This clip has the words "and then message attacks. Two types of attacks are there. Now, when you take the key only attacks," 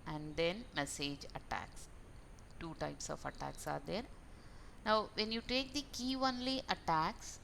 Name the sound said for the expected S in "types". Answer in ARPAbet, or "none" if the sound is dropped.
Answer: S